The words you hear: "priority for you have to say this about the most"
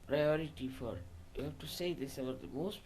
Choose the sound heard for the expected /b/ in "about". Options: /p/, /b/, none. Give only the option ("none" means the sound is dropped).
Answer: none